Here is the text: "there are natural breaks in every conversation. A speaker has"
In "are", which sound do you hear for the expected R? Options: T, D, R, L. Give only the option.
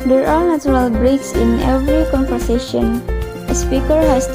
R